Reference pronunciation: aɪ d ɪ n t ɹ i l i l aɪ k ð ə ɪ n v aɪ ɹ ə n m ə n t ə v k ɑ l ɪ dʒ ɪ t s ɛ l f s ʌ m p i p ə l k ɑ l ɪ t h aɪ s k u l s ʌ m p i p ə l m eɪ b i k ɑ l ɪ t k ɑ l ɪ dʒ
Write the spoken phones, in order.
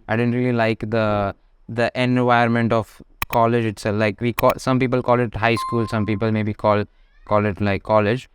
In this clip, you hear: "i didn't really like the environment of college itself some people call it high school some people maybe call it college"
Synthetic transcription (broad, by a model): aɪ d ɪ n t ɹ i l i l aɪ k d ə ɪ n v aɪ ə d m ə n t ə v k ɑ l ɪ dʒ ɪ t s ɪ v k s ʌ m p i p ə l k ɑ l ɪ t h aɪ s k u l s ʌ m p i p ə l m eɪ b i k ɑ l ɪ t k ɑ l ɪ dʒ